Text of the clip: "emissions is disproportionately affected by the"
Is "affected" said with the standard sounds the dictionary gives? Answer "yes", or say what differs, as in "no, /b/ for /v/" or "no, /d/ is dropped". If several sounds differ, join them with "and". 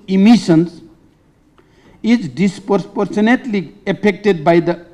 no, /p/ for /f/